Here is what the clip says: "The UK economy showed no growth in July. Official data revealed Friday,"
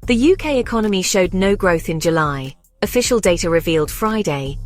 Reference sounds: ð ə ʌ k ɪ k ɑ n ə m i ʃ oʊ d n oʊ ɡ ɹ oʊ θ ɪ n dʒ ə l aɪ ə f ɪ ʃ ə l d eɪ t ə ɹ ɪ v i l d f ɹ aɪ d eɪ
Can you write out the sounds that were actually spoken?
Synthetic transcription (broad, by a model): ð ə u k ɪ k ɑ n ə m i ʃ oʊ d n oʊ ɡ ɹ oʊ θ ɪ n dʒ ə l aɪ ə f ɪ ʃ ə l d eɪ t ə ɹ ɪ v i l d f ɹ aɪ d eɪ